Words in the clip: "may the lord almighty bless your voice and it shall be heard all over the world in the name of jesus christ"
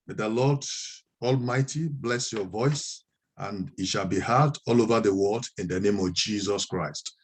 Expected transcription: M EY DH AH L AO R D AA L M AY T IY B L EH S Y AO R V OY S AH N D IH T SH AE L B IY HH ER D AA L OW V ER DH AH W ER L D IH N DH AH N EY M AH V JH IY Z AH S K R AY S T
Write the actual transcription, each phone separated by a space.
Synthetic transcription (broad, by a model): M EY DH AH L AO D AA L M AY T IY B L EH S Y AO V OY S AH N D IH T SH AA L B IY HH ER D AA L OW V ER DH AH W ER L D IH N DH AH N EY M AH V JH IY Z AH S K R AY S T